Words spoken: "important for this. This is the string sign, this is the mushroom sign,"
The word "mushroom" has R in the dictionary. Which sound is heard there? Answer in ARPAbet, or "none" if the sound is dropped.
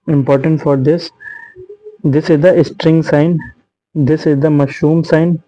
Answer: none